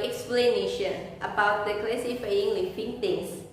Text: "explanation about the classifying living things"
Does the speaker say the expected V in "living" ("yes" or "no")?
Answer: no